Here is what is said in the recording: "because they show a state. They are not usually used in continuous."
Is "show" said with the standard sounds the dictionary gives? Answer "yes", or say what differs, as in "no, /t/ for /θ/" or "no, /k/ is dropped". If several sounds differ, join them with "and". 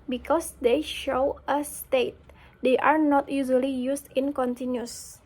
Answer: yes